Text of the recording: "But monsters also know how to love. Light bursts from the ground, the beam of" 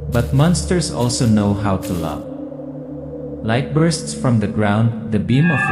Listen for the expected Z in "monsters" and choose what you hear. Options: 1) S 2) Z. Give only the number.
1